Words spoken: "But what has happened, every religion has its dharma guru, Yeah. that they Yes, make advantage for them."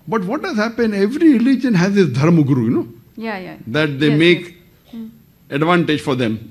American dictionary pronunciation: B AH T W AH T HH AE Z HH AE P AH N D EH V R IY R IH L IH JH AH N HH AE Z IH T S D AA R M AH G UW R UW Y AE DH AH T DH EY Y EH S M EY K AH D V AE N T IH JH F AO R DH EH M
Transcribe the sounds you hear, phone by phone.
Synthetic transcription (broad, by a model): B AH T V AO T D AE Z HH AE P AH N EH V R IY R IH L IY JH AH N HH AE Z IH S D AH R M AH G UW R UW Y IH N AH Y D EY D EH M EY K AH D V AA N T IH JH F AO R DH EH M